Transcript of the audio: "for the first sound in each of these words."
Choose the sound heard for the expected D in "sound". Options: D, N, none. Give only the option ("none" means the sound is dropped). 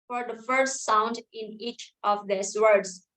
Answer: D